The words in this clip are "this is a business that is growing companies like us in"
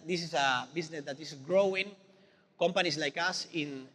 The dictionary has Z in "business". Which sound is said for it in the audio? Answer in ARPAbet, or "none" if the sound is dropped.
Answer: S